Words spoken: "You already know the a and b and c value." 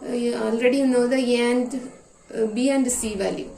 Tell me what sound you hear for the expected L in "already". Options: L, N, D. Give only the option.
L